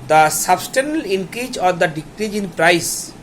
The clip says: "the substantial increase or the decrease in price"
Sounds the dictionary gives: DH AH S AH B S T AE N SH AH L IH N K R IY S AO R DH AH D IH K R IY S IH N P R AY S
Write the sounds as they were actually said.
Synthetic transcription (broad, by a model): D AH S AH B S T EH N AH L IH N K R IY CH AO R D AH D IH K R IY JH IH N P R AY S